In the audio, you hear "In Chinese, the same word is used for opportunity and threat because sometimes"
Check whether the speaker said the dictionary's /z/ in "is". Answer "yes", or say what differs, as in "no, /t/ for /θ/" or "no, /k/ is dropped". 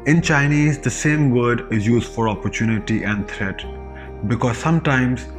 yes